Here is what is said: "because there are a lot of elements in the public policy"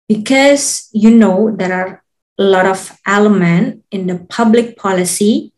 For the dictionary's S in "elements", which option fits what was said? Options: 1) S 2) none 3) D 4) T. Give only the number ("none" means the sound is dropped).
2